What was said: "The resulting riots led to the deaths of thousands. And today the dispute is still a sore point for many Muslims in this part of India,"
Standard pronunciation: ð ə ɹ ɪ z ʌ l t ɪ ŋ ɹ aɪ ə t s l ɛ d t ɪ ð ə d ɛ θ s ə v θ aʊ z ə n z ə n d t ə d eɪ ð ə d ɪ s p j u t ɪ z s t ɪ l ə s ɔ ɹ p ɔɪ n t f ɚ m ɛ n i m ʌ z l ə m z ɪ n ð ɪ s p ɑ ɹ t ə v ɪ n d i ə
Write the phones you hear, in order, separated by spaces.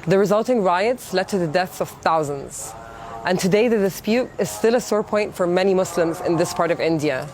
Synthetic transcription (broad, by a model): ð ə ɹ ɪ z ʌ l t ɪ ŋ ɹ aɪ ə t s l ɛ d t ɪ ð ə d ɛ θ s ə v θ aʊ z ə n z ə n t ə d eɪ ð ə d ɪ s p j u t ɪ z s t ɪ l ə s ɔ ɹ p ɔɪ n t f ɚ m ɛ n i m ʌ s l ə m z ɪ n ð ɪ s p ɑ ɹ t ə v ɪ n d i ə